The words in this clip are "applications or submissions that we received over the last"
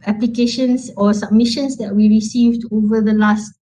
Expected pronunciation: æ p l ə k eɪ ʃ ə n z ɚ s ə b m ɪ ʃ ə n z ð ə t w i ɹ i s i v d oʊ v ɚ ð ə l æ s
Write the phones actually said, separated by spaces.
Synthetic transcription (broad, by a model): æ p l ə k eɪ ʃ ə n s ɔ s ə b m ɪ ʃ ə n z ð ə t w i ɹ i s i v d oʊ v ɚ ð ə l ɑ s